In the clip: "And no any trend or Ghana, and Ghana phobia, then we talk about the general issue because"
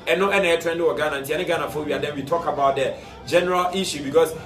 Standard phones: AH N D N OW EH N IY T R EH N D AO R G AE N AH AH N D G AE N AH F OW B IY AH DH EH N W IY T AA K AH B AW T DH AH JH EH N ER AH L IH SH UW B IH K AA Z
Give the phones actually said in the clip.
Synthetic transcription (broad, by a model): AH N N OW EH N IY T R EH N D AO W G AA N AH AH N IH G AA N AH F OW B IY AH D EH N W IY T AA K AH B AW T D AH JH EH N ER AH L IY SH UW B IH K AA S